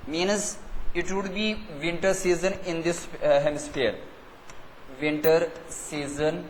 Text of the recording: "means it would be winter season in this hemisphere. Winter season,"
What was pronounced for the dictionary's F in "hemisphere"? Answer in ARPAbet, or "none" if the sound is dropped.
P